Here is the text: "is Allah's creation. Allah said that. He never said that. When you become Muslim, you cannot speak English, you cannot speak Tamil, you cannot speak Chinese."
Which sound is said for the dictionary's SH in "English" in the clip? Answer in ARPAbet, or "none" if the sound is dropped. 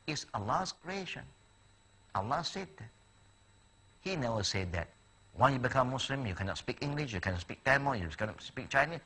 SH